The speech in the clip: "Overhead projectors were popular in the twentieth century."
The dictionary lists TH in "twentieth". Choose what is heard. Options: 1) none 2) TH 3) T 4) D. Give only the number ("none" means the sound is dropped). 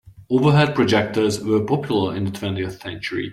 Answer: 2